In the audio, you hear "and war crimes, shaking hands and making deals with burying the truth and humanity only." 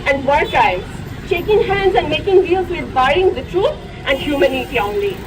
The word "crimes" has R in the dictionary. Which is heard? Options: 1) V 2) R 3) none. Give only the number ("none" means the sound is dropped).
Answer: 3